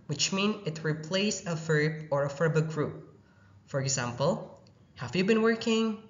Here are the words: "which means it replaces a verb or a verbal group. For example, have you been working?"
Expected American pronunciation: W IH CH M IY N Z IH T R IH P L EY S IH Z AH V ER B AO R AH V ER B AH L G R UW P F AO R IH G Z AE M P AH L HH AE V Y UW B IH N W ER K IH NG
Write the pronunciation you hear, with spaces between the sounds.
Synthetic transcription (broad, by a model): W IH CH M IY N IH T R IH P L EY IH S AH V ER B AO R AH F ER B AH G R UW P F AO R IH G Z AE M P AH L HH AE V Y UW B IH N W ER K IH NG